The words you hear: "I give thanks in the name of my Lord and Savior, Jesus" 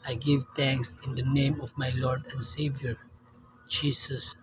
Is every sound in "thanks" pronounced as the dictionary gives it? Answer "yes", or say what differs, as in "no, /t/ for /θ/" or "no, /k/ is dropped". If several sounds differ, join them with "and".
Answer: no, /t/ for /θ/